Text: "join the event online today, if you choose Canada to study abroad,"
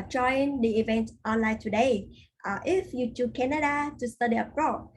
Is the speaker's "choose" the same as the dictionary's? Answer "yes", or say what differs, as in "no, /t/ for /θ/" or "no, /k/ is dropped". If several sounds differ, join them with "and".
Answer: no, /z/ is dropped